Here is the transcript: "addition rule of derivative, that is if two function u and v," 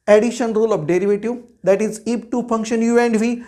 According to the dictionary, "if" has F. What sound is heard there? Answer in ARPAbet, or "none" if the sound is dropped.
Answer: P